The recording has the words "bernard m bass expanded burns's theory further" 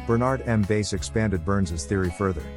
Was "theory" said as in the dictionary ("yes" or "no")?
yes